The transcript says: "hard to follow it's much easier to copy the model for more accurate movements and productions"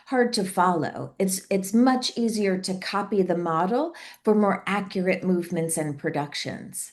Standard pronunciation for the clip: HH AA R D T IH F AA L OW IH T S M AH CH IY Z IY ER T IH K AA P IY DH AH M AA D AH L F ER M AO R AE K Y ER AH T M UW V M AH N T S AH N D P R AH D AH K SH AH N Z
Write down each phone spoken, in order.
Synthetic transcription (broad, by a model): HH AA R D T IH F AA L OW IH T S M AH CH IY Z IY ER T IH K AA P IY DH AH M AA D L F ER M AO R AE K Y ER AH T M UW V M AH N T S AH N P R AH D AH K SH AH N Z